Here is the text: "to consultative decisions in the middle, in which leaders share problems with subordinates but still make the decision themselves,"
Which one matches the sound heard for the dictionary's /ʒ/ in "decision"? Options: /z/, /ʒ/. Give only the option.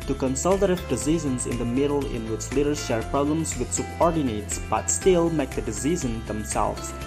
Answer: /z/